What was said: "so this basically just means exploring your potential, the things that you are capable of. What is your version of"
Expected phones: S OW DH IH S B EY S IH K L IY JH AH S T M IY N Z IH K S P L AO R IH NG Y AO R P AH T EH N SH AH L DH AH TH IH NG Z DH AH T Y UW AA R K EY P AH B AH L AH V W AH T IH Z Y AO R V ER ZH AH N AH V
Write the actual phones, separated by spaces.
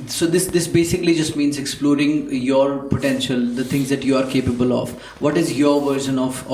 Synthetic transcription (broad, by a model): S OW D IH S B EY S IH K L IY JH AH S T M IY N Z IH K S P L AO R IH NG Y AO R P AH T EH N SH AH L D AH T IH NG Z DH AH T Y UW AA R K EY P AH B AH L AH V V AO T IH Z Y AO R V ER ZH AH N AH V